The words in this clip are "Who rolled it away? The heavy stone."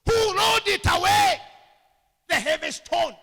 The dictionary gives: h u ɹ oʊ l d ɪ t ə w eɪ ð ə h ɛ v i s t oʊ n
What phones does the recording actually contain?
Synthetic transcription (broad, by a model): h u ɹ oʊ d ɪ t ə w eɪ ð ə h ɛ v i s t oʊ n